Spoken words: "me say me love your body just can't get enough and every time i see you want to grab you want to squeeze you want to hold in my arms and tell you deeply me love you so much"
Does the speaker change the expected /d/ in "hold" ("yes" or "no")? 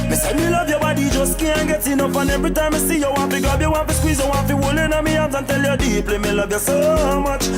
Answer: yes